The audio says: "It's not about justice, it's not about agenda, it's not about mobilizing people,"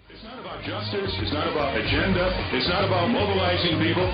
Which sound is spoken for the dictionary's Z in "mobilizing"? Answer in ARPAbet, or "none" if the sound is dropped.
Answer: Z